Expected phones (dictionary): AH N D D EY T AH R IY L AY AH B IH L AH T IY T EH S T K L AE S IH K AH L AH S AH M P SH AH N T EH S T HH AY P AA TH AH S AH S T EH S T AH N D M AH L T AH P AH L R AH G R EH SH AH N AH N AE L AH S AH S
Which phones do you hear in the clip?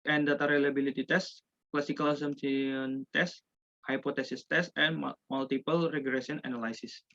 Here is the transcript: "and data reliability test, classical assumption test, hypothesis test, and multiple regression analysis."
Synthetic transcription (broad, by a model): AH N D D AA T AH R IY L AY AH B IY L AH T IY T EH S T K L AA S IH K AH L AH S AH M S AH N T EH S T HH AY P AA T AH S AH S T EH S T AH N M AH L T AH P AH L R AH G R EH S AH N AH N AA L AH S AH S